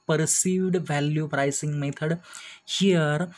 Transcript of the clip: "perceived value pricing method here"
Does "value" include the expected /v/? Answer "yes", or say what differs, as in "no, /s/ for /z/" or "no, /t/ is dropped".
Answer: yes